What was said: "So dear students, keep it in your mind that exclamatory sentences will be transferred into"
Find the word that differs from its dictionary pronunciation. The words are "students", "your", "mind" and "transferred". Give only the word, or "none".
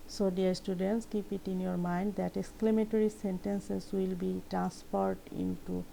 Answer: transferred